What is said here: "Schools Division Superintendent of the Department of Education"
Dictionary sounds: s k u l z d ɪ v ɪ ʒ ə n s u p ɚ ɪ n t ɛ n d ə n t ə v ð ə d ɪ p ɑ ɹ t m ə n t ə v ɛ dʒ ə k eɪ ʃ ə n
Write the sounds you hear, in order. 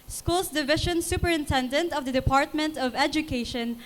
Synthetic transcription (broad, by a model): s k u l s d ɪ v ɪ ʃ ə n s u p ɚ ɪ n t ɛ n d ə n t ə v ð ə d ɪ p ɑ ɹ t m ə n t ə v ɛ dʒ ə k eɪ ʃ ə n